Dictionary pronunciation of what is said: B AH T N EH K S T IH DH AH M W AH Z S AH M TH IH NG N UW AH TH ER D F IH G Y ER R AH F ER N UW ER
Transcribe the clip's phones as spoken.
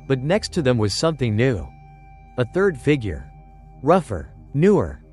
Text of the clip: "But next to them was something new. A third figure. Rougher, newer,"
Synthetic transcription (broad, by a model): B AH T N EH K S T IH DH AH M W AH Z S AH M TH IH NG N UW AH TH ER D F IH G Y ER R AH F ER N UW ER